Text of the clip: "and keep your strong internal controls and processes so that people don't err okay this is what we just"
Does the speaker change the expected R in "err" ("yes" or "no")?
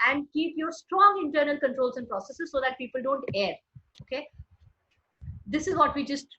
no